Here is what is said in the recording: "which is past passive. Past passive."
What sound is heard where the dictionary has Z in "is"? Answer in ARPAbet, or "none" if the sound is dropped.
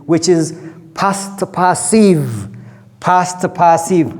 Z